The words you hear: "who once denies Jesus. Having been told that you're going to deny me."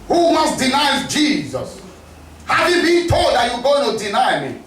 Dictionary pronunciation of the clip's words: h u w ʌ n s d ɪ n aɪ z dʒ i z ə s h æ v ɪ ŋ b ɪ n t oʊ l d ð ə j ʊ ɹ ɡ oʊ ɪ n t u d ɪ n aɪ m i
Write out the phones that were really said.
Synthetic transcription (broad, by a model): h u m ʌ s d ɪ n aɪ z dʒ i z ə s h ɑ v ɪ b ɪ t oʊ l d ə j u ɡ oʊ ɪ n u d ɪ n aɪ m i